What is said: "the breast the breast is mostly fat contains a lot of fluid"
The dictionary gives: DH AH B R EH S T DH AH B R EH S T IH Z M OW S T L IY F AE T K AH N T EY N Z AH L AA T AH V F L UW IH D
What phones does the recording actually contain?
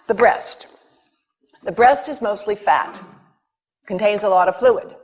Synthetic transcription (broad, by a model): DH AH B R EH S T DH AH B R EH S T IH Z M OW S T L IY F AE T K AH N T EY N Z AH L AA T AH V F L UW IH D